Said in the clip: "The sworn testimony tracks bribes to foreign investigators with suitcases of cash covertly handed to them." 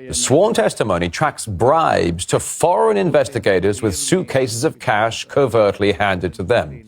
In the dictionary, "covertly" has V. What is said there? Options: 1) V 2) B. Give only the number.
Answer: 1